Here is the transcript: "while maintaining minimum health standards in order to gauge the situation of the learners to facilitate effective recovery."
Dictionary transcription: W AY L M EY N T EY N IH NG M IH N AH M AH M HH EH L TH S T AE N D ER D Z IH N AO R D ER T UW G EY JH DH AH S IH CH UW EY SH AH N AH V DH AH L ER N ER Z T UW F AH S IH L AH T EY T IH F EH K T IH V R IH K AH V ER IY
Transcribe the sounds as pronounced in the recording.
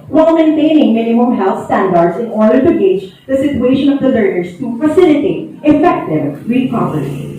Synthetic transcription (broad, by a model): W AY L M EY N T EY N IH NG M IH N AH M AH M HH EH L T S T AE N D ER D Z IH N AO R D ER T UW G EY JH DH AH S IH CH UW EY SH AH N AH V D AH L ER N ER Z T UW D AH S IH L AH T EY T IH F EH K T IH V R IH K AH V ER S